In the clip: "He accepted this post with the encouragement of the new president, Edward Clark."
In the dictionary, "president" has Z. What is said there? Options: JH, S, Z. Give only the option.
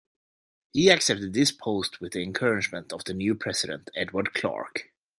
S